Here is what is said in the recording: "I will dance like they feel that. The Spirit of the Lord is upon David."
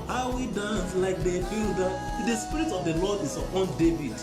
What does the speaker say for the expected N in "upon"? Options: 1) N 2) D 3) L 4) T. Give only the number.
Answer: 1